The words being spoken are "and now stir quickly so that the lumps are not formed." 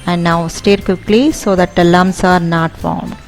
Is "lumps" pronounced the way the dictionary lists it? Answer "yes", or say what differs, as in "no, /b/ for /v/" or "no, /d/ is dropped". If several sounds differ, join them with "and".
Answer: no, /p/ is dropped